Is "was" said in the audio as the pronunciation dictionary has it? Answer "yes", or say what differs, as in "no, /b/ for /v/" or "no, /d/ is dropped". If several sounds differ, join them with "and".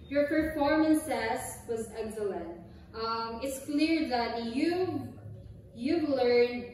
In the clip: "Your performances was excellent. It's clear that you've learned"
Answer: yes